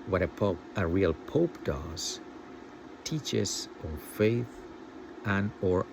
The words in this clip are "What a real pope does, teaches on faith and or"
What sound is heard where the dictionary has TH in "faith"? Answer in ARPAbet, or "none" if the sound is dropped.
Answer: TH